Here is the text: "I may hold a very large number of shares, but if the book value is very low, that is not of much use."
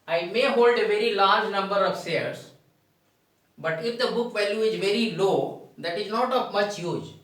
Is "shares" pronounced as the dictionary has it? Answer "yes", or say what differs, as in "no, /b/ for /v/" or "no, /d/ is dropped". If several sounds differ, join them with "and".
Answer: no, /s/ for /ʃ/